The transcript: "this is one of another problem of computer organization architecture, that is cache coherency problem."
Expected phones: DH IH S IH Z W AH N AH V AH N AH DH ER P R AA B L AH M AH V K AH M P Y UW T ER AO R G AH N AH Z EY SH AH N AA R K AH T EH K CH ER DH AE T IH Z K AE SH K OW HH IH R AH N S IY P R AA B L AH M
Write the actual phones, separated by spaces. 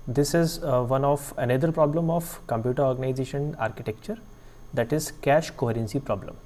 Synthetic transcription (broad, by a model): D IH S IH Z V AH N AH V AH N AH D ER P R AA B L AH M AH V K AH M P Y UW T ER AO R G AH N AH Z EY SH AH N AA R K AH T EH K CH ER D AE T IH Z K AE SH K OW HH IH R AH N S IY P R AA B L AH M